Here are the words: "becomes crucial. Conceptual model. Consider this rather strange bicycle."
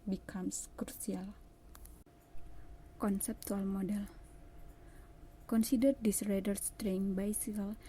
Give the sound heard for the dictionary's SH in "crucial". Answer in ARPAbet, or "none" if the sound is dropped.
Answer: S